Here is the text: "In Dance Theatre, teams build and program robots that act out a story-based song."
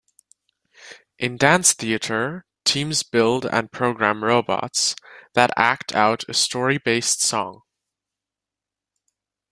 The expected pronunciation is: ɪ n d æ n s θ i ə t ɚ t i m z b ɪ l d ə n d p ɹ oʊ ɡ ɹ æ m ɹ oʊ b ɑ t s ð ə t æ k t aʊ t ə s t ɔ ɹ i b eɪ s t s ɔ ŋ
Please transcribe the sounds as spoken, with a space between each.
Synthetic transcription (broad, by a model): ɪ n d æ n s θ i ə t ɚ t i m z b ɪ l d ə n p ɹ oʊ ɡ ɹ æ m ɹ oʊ b ɑ t s ð ə t æ k t aʊ t ə s t ɔ ɹ i b eɪ s t s ɔ ŋ